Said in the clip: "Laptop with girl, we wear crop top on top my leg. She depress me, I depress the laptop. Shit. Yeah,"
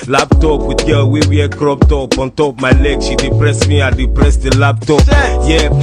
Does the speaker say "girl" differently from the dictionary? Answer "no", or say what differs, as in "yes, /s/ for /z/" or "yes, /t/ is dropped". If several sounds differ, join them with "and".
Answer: yes, /w/ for /l/